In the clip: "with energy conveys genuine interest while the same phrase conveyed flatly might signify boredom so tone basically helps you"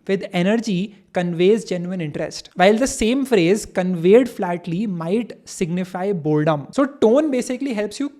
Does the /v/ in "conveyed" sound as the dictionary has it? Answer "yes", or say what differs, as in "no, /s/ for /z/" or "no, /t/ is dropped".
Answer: yes